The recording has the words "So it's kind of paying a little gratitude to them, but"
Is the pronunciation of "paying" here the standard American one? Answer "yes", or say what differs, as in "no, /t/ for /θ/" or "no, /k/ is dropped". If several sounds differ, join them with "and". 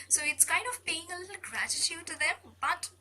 no, /b/ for /p/